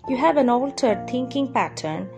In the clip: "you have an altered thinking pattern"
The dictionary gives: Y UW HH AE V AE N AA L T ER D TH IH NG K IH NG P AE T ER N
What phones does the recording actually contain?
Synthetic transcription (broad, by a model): Y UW HH AE V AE N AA L T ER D T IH NG K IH NG P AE T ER N